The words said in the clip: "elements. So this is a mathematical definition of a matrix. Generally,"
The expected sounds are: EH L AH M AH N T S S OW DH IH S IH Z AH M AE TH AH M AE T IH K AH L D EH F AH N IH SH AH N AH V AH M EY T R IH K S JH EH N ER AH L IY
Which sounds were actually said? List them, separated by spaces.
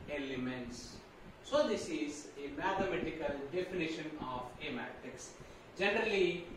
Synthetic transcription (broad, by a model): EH L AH M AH N T S S OW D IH S IH Z AH M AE T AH M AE T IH K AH L D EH F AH N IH SH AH N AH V AH M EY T IH K S JH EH N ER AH L IY